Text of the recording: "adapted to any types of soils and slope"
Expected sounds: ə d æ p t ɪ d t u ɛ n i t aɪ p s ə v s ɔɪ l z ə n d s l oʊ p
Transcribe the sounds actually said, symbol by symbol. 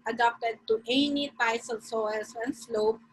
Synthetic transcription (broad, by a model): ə d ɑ p t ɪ d t u ɛ n i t aɪ s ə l s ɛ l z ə n s l oʊ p